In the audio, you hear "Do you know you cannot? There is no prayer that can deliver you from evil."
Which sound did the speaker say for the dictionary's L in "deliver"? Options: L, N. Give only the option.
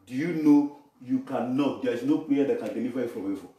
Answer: N